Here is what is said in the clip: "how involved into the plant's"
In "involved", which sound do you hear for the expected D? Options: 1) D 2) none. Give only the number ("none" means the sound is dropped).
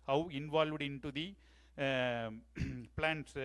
1